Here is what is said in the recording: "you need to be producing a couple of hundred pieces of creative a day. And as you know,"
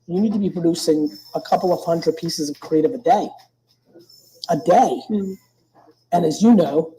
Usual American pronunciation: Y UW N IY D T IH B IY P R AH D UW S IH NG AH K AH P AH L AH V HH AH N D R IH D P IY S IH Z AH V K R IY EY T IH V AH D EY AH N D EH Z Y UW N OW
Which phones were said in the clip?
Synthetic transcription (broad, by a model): Y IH N IY D T IH B IY P R AH D UW S IH NG AH K AH P L AH V HH AH N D R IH D P IY S IH Z AH V K R IY EY T IH V AH D EY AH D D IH Z Y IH N OW